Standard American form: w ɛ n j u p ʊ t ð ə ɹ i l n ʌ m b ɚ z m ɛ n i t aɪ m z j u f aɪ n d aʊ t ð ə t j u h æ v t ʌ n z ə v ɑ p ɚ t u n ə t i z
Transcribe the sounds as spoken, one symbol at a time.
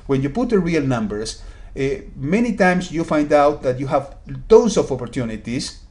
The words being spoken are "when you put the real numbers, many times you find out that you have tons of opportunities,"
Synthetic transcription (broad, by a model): w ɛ n j u p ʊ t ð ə ɹ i l n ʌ m b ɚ s m ɛ n i t aɪ m s j u f aɪ n d aʊ t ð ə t j u h æ v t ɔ n s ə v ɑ p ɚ t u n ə t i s